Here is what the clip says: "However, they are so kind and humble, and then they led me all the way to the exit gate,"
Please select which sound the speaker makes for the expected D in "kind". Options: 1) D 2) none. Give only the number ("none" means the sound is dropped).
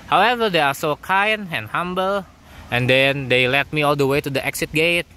2